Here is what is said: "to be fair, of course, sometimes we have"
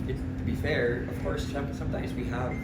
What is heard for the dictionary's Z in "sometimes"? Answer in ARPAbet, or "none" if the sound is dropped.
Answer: Z